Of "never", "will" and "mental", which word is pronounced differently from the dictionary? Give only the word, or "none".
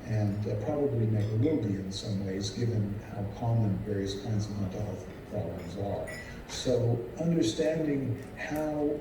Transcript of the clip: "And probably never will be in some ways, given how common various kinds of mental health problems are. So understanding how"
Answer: mental